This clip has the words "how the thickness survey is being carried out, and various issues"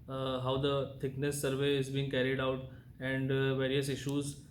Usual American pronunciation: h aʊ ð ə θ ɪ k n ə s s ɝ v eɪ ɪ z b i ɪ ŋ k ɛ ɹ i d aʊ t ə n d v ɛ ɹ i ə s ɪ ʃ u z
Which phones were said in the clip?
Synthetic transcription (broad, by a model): h aʊ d ə t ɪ k n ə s s ɝ v eɪ ɪ z b i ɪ ŋ k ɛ ɹ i d aʊ t ə n d v ɛ ɹ i ə s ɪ ʃ u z